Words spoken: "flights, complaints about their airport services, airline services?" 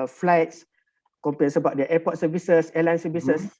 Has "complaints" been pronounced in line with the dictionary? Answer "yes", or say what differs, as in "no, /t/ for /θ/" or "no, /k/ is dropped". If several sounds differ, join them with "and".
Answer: no, /l/ is dropped